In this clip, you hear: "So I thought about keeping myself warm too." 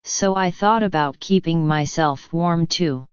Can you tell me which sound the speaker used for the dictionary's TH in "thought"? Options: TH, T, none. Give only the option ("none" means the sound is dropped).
TH